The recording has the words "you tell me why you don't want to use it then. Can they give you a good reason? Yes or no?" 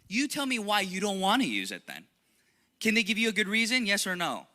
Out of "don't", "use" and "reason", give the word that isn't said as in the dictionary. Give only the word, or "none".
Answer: none